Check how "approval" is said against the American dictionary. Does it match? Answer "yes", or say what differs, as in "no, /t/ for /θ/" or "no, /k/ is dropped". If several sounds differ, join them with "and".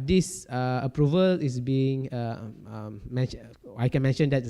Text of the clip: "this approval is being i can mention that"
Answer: yes